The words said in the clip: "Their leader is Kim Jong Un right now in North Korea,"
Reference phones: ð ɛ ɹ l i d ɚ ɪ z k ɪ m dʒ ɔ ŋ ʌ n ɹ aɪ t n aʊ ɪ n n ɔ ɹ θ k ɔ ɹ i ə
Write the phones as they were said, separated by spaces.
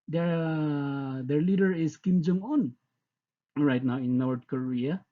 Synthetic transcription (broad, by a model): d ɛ ɹ l i d ɚ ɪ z k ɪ m dʒ ɔ ŋ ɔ n ɹ aɪ t n aʊ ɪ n n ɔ ɹ t k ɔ ɹ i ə